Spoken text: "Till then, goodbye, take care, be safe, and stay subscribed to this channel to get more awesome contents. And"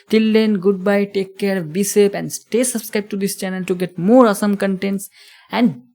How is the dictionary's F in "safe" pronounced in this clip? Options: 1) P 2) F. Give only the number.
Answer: 1